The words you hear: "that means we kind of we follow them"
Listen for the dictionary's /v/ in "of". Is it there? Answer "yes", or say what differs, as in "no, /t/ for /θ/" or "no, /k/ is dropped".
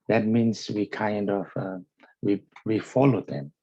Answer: no, /w/ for /v/